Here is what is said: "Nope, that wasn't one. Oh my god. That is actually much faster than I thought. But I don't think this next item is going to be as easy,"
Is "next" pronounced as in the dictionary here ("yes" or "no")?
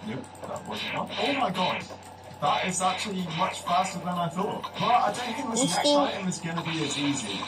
no